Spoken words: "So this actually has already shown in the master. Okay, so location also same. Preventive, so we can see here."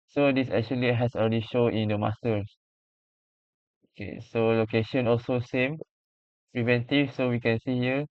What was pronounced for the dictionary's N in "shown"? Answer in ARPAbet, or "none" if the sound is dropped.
none